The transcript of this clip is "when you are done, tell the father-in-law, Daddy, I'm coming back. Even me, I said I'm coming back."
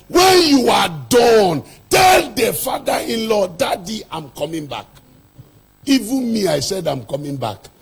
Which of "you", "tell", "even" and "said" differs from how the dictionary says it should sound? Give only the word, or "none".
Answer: none